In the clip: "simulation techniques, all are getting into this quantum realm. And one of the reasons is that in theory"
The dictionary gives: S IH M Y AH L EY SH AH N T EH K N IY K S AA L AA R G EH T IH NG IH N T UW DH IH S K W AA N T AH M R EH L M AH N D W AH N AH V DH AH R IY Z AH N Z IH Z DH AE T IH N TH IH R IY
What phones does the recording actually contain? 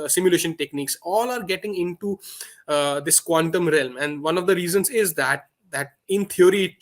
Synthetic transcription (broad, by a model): S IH M Y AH L EY SH AH N T EH K N IY K S AA L AA R G EH T IH NG IH N T UW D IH S K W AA N T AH M R EH L M AH N D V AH N AH V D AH R IY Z AH N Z IH Z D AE T IH N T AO R IY